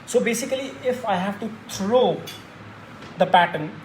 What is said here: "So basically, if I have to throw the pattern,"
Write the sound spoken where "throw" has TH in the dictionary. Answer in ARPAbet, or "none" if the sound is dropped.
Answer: T